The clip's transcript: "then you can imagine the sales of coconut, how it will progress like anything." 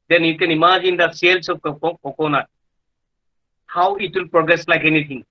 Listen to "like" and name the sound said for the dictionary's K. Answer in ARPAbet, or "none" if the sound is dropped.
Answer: K